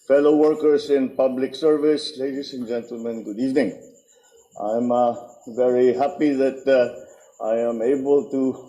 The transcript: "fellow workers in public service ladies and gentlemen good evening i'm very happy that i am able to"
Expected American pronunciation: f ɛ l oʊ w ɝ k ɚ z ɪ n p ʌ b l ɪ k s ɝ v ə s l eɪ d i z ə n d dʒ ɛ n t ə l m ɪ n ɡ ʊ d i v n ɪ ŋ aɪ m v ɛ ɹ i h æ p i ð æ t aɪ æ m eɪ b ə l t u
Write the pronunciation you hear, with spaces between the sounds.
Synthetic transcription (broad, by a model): f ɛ l oʊ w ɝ k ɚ s ɪ n p ʌ b l ɪ k s ɝ v ə s l eɪ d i s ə n dʒ ɛ n t ə l m ɪ n ɡ ʊ d i v n ɪ ŋ aɪ m v ɛ ɹ i h æ p i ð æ t aɪ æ m eɪ b ə l t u